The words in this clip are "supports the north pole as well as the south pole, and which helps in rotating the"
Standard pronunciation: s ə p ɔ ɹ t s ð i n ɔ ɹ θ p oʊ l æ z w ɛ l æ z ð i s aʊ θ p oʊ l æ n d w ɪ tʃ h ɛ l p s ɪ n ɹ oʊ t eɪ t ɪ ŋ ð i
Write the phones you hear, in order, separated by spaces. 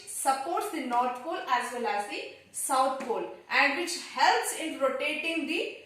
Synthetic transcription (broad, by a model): s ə p ɔ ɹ t s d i n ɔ ɹ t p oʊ l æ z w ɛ l æ z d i s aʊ t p oʊ l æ n d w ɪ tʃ h ɛ l p s ɪ n ɹ oʊ t eɪ t ɪ ŋ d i